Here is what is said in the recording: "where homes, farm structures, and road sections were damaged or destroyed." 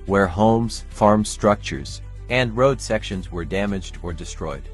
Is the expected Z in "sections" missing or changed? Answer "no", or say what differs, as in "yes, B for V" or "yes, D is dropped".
no